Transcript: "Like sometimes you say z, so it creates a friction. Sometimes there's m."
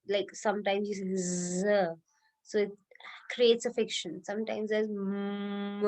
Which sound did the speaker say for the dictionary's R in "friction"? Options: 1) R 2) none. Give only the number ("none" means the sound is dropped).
2